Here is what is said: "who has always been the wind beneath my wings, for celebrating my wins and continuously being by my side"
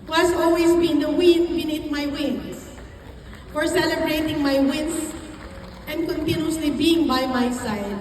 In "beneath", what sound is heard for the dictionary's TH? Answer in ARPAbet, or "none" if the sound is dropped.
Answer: T